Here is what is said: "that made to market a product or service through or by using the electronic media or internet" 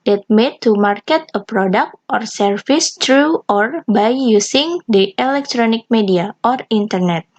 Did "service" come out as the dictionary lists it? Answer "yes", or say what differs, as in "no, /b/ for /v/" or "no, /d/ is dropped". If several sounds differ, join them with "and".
no, /f/ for /v/